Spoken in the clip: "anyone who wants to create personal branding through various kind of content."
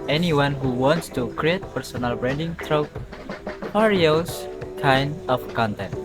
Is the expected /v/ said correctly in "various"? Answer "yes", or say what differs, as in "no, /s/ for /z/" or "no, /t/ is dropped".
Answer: no, /p/ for /v/